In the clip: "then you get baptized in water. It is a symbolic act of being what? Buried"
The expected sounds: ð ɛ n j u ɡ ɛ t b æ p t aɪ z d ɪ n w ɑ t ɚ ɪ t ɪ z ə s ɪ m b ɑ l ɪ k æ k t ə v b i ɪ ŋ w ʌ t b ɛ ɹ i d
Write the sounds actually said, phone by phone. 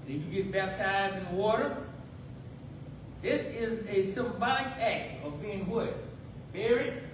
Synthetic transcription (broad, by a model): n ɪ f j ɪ ɡ ɛ t b æ p t aɪ z d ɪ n w ɑ t ɚ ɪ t ɪ z ə s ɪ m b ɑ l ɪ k æ k t ə v b i ɪ ŋ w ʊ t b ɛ ɹ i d